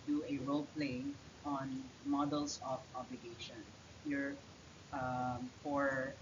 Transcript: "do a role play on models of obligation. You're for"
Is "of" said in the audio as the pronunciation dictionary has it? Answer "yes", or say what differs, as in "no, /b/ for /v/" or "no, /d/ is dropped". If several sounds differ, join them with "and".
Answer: no, /p/ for /v/